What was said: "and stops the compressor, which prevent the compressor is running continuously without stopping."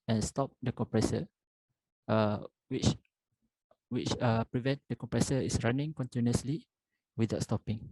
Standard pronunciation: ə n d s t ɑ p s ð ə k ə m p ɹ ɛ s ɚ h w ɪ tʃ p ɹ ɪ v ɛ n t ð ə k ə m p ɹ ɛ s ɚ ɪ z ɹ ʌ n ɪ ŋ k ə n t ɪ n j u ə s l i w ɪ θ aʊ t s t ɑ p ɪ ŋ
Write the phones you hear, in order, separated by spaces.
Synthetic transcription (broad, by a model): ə n s t ɑ p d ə k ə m p ɹ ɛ s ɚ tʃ w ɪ tʃ p ɹ ɪ v ɛ n t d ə k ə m p ɹ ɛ s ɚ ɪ s ɹ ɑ n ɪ ŋ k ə n t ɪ n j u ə s l i w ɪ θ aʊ t s t ɑ p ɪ ŋ